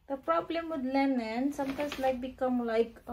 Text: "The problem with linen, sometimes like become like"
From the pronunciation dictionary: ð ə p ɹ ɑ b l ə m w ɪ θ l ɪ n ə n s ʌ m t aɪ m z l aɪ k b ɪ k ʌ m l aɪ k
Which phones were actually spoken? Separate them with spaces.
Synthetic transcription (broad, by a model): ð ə p ɹ ɑ b l ə m w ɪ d l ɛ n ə n s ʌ m t aɪ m s l aɪ k b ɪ k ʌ m l aɪ k